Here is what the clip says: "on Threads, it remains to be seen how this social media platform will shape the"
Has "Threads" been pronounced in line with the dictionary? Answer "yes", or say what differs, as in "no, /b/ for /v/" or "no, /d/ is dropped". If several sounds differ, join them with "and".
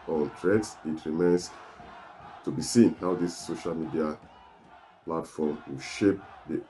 no, /t/ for /θ/